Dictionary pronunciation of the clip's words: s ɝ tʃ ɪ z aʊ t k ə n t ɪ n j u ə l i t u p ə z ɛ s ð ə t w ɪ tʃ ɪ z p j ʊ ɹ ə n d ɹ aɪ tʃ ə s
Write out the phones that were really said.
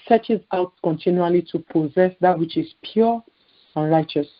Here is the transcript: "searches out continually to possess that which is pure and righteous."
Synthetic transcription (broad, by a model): s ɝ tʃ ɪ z aʊ t k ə n t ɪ n j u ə l i t u p ə z ɛ s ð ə t w ɪ tʃ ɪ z p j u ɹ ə n ɹ aɪ tʃ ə s